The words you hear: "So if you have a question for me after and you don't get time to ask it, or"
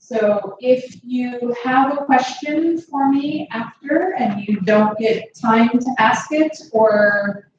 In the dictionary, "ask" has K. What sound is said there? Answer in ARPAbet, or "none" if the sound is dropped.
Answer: K